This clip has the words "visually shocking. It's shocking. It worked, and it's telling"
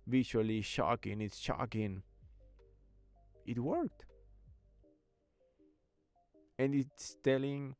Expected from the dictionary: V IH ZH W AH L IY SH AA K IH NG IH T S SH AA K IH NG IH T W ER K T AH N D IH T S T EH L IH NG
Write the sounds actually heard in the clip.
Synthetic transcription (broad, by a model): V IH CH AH L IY SH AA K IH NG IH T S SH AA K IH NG IH T W ER K T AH N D IH T S T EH L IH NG